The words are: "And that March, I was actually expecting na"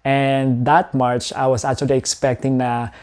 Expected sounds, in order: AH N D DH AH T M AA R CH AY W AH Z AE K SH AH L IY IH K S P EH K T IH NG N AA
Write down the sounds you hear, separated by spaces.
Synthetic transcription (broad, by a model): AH N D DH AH T M AA R CH AY W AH S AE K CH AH L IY IH K S P EH K T IH NG N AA